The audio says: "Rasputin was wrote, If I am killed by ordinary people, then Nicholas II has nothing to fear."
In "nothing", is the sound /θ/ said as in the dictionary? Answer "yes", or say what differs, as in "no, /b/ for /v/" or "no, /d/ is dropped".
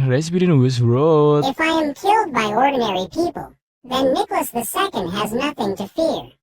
yes